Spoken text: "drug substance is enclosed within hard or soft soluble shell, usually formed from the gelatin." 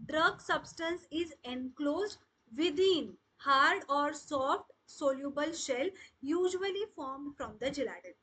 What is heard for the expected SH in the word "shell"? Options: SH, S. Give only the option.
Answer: SH